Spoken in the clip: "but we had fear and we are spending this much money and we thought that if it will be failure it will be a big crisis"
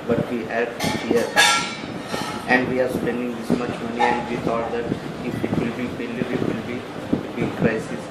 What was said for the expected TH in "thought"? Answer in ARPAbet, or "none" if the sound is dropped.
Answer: T